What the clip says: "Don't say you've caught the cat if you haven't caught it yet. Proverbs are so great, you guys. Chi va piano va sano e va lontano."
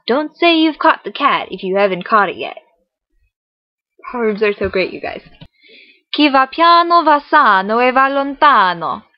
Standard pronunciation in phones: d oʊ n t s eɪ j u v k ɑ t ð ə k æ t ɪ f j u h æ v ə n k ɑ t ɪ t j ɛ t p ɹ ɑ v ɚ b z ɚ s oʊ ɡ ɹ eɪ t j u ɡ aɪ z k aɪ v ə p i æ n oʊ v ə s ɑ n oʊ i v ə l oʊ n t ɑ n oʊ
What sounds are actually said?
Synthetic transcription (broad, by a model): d oʊ n t s eɪ j u v k ɑ t ð ə k æ t ɪ f j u h æ v ə n k ɑ t ɪ t j ɛ t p ɑ ɚ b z ɚ s oʊ ɡ ɹ eɪ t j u ɡ aɪ z k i v ə p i n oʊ v ə s ɑ n oʊ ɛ v ə l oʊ n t ɑ n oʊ